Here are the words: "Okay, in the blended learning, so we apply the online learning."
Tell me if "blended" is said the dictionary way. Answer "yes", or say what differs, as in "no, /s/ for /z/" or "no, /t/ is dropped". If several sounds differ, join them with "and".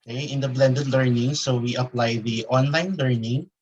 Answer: yes